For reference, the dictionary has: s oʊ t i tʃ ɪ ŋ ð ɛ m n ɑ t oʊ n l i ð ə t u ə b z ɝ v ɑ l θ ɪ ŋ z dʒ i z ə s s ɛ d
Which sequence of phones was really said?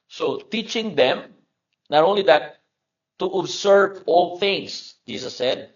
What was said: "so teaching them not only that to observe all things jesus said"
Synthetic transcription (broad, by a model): s oʊ t i tʃ ɪ ŋ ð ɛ m n ɑ t oʊ n l i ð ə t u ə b s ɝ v ɑ l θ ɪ ŋ s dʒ i s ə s s ɛ d